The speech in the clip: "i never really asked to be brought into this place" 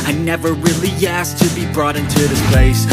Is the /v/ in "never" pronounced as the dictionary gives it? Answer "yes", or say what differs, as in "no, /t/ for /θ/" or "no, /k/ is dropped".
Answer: yes